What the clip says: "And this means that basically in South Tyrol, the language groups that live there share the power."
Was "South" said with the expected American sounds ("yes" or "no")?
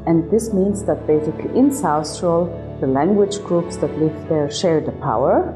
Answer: no